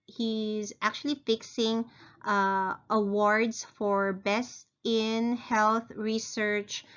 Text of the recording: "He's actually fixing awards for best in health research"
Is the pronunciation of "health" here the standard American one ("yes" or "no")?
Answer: yes